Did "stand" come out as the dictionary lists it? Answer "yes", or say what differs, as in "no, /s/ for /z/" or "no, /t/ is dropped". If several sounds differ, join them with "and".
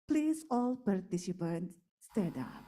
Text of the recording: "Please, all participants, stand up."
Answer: no, /n/ is dropped